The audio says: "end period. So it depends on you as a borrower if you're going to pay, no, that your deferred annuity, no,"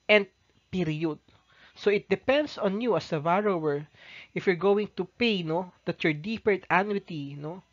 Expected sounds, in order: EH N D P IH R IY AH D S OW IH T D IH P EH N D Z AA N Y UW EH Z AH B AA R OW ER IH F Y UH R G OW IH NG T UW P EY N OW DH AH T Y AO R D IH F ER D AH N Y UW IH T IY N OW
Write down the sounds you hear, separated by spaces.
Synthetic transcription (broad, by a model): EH N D P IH R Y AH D S OW IH T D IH P EH N D S AA N Y UW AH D AH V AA R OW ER IH F Y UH R G OW IH NG T UW P EY N OW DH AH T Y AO R D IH P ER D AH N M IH T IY N OW